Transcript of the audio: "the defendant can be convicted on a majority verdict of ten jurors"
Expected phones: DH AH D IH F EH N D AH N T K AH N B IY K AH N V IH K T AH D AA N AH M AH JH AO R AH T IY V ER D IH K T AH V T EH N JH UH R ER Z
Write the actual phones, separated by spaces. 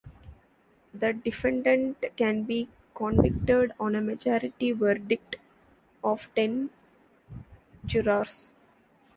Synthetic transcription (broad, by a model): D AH D IH F EH N D AH N T K AH N B IY K AH N V IH K T AH D AA N AH M AH JH AO R AH T IY V ER D IH K T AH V T EH N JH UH R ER S